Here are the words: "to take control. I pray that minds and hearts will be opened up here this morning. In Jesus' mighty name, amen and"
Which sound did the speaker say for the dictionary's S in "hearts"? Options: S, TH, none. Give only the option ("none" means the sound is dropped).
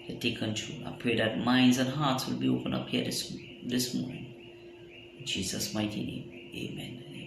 S